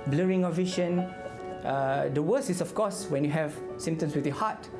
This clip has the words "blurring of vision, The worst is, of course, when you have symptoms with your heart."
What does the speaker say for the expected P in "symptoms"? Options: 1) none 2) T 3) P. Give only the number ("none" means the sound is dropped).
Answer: 1